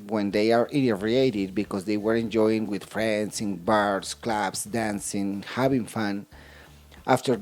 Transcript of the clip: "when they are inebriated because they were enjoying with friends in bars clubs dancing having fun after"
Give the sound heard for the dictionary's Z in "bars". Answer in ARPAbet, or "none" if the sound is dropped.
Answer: S